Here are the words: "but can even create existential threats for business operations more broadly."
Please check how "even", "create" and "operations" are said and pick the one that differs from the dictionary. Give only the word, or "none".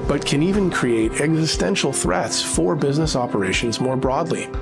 none